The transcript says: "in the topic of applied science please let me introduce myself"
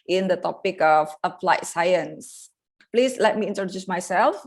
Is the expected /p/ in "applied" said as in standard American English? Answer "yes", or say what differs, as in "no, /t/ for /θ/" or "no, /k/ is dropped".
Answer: no, /f/ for /p/